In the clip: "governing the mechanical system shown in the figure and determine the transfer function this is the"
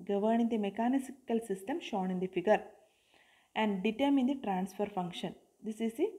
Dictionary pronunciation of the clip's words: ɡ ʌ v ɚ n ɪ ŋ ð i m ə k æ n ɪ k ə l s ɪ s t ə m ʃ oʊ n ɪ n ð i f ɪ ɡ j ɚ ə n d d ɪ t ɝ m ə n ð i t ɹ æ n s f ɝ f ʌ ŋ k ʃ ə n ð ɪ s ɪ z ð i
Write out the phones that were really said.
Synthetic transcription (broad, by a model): ɡ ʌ v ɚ n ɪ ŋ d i m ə k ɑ n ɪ k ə l s ɪ s t ə m ʃ oʊ n ɪ n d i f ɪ ɡ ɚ ə n d d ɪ t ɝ m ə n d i t ɹ æ n s f ɝ f ʌ ŋ k ʃ ə n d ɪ s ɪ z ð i